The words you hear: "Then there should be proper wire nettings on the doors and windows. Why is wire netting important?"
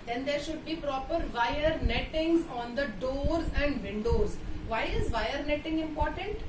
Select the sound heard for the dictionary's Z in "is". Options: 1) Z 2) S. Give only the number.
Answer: 1